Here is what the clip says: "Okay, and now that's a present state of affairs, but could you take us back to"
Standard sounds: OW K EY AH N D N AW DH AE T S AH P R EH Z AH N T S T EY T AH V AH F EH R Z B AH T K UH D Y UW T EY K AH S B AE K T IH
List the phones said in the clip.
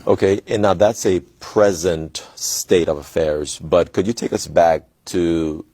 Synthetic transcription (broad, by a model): OW K EY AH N N AW DH AE T S AH P R EH Z AH N T S T EY T AH V AH F EH R Z B AH T K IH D Y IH T EY K AH S B AE K T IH